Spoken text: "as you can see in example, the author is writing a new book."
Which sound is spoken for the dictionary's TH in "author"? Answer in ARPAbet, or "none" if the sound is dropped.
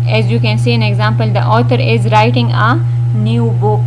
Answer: T